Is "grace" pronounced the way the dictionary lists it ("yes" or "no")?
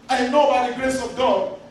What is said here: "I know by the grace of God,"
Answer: yes